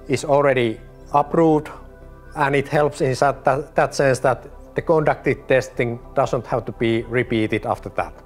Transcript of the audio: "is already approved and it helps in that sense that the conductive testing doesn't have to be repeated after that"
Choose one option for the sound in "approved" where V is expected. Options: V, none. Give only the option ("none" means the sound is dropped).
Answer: none